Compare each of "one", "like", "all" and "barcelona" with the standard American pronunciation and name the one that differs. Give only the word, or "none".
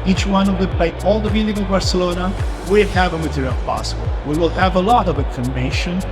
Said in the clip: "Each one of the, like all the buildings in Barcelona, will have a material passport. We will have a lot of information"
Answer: like